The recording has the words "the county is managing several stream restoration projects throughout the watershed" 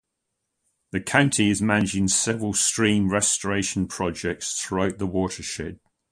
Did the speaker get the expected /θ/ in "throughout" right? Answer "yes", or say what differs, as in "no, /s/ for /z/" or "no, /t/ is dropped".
yes